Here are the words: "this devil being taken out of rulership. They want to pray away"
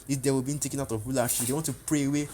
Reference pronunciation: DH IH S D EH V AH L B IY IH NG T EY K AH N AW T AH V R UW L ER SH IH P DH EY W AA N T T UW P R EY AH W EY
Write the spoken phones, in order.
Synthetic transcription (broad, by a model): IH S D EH W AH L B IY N T EY K AH N AW T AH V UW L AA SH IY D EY W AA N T T UW P R EY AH W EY